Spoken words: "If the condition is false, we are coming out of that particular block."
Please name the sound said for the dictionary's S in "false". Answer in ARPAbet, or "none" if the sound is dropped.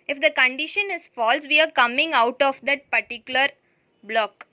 S